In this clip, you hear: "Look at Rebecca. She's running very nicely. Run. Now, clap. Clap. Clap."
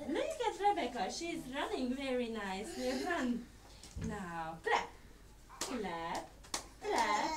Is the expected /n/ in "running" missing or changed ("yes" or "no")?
no